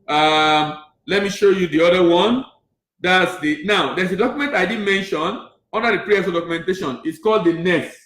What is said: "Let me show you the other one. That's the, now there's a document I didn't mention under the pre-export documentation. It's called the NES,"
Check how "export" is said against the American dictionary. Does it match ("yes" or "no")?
no